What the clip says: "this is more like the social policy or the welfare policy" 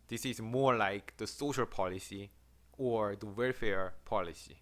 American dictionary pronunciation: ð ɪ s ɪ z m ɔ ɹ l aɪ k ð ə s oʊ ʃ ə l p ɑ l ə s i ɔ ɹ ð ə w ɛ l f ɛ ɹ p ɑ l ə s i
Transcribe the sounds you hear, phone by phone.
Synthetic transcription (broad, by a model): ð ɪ s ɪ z m ɔ ɹ l aɪ k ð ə s oʊ ʃ ə l p ɑ l ə s i ɔ ɹ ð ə w ɛ l f ɛ ɹ p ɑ l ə s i